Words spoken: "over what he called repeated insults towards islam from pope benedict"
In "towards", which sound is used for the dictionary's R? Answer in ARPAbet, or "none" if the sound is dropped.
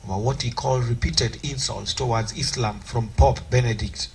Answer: W